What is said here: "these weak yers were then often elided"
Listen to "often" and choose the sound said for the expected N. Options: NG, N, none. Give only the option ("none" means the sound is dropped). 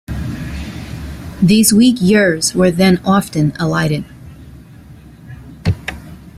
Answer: N